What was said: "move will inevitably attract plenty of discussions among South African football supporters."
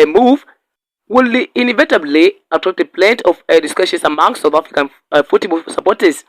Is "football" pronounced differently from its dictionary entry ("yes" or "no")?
yes